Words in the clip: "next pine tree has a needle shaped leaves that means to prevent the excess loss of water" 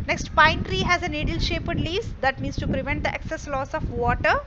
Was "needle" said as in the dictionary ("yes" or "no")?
yes